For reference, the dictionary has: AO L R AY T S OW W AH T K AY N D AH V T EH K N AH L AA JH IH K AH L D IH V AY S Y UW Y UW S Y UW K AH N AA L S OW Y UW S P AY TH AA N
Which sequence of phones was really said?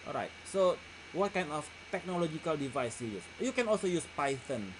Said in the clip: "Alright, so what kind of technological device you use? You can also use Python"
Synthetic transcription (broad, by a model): AO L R AY T S OW W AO T K AY N D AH F T EH K N AH L AA JH IH K AH L D IH V AY S Y UW Y UW S Y UW K AH N AA L S OW Y UW S P AY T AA N